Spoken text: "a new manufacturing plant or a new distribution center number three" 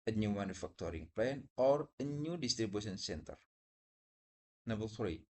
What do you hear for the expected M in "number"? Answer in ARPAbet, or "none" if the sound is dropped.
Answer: none